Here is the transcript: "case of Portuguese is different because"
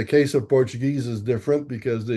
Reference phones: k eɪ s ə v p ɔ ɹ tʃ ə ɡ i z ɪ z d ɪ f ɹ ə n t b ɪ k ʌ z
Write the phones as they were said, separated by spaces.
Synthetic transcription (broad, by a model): k eɪ s ə v p ɔ ɹ tʃ ə ɡ i z ɪ z d ɪ f ɹ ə n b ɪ k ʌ z